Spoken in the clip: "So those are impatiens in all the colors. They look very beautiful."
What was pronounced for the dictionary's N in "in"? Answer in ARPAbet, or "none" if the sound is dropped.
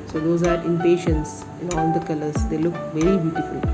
L